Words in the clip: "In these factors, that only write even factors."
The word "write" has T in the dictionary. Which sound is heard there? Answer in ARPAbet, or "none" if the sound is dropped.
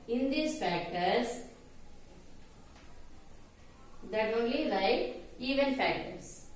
none